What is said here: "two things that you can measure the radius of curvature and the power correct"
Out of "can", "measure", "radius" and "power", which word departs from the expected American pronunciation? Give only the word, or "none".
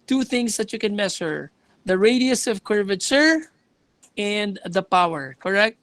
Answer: measure